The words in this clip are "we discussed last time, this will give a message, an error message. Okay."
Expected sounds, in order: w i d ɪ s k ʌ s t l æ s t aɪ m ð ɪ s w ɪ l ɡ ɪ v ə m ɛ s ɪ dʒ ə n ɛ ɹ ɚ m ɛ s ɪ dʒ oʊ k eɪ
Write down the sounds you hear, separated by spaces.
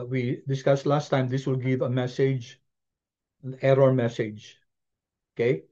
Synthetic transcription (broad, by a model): w i d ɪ s k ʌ s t l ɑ s t aɪ m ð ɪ s w ɪ l ɡ ɪ v ə m ɛ s ɪ dʒ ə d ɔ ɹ m ɛ s ɪ dʒ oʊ k eɪ